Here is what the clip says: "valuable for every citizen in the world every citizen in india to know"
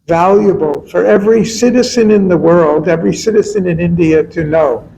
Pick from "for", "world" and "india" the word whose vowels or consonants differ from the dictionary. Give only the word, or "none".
none